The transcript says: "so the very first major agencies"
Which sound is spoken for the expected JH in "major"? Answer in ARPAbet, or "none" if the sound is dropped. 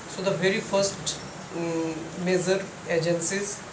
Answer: Z